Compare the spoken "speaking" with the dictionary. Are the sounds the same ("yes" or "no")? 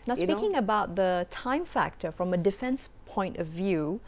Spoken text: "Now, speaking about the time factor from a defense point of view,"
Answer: no